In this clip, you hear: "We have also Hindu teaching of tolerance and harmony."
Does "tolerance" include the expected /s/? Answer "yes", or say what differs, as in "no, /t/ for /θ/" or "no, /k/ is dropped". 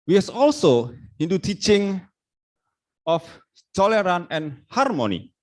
no, /s/ is dropped